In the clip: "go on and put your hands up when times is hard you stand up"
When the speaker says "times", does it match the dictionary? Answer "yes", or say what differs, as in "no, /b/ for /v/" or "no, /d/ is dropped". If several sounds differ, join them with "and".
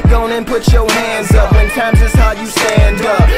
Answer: yes